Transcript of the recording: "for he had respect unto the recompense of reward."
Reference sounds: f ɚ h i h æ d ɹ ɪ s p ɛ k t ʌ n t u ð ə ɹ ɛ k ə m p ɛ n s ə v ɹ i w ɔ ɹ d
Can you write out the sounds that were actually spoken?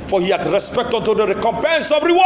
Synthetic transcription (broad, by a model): f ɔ h i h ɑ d ɹ ɪ s p ɛ k t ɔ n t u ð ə ɹ ɛ k ə m p ɛ n s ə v ɹ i w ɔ